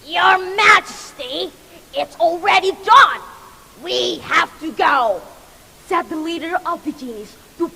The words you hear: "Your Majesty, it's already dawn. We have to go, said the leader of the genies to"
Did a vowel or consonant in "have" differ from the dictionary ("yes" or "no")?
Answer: yes